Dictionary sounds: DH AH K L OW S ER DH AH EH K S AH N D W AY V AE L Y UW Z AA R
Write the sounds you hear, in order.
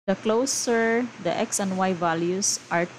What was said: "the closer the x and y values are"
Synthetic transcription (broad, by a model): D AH K L OW S ER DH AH EH K S AH N D W AY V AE L Y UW S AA R